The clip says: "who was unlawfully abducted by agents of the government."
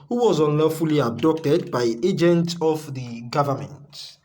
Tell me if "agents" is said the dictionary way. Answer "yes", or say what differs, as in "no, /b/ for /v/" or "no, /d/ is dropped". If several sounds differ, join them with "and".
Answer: no, /s/ is dropped